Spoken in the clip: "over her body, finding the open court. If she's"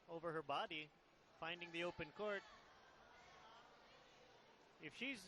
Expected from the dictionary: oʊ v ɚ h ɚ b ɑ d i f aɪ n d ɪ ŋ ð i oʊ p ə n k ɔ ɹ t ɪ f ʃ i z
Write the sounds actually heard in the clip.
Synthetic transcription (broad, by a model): oʊ v ɚ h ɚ b ɑ d i f aɪ n d ɪ ŋ ð i oʊ p ə n k ɔ ɹ t ɪ f ʃ i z